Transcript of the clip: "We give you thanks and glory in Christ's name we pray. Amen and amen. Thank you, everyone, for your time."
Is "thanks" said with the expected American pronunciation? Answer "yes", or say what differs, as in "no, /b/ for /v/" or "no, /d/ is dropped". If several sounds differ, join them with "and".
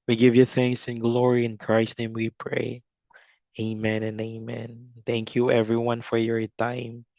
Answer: yes